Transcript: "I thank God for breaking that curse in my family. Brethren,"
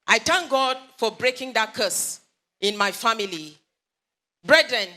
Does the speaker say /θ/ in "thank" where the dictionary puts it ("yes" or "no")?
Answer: no